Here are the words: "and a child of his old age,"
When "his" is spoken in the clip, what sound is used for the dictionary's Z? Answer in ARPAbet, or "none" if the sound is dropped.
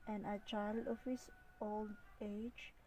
S